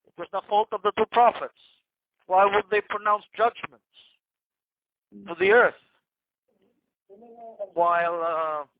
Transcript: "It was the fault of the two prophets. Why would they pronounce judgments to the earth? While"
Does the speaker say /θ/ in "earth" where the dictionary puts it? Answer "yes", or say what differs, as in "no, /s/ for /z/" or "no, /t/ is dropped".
yes